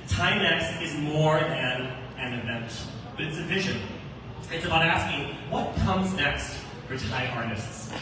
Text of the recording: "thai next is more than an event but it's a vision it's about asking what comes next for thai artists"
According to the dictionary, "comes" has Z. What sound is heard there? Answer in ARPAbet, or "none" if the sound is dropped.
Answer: Z